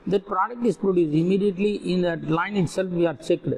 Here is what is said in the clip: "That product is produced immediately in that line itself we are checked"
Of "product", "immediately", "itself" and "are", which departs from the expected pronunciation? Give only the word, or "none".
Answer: none